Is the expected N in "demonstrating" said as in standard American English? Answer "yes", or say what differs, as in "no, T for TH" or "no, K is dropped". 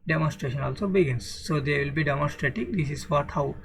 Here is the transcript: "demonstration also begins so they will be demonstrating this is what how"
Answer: no, N is dropped